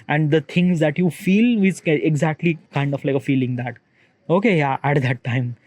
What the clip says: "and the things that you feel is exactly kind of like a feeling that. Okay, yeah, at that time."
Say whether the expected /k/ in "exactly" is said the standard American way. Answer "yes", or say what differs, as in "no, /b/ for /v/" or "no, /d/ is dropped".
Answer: yes